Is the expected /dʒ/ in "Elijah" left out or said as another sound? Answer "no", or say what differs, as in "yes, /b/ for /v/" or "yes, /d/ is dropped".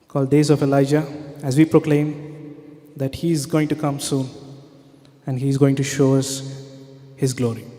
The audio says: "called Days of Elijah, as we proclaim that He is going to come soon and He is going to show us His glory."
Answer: no